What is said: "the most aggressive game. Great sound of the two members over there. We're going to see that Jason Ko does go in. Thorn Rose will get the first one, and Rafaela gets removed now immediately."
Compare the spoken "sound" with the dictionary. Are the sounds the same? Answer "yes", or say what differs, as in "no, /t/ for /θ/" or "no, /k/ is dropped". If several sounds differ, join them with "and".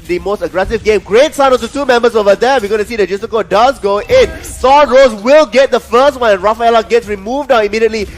no, /d/ is dropped